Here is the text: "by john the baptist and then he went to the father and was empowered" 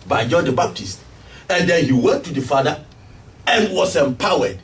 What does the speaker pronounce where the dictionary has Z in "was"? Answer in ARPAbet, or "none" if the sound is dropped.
S